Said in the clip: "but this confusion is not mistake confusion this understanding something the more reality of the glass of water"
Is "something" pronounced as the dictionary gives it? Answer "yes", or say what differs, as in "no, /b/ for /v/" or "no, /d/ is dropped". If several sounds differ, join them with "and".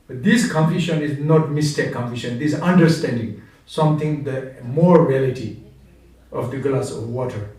no, /t/ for /θ/